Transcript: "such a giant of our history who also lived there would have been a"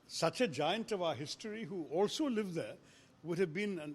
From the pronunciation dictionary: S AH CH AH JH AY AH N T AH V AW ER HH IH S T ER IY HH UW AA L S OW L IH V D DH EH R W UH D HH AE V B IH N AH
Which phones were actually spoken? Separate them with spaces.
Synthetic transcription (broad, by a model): S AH CH AH JH AY AH N T AH V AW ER HH IH S T ER IY HH UW AA L S OW L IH V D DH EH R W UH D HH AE V B IH N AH